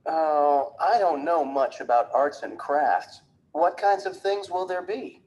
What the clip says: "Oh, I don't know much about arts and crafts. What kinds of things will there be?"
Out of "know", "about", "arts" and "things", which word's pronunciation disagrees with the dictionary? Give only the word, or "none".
none